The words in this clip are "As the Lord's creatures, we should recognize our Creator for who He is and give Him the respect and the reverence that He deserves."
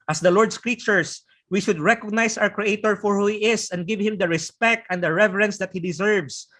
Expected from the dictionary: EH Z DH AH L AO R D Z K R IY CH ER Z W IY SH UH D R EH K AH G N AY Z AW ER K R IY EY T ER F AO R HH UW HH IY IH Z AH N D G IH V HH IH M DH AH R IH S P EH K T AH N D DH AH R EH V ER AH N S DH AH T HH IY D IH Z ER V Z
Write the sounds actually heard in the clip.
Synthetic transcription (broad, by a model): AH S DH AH L AO R D S K R IY CH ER S W IY SH UH D R EH K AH G N AY S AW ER K R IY EY T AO F AO R HH UW HH IY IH S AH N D G IH V HH IH M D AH R IH S P EH K T AH N D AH R EH V ER AH N S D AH T HH IY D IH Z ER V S